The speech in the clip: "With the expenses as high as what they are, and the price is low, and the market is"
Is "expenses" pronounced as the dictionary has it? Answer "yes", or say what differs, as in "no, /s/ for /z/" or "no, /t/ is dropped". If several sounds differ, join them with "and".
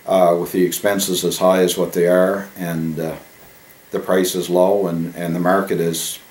yes